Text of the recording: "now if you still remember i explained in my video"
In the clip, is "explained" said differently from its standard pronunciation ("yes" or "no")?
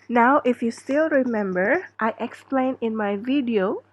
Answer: yes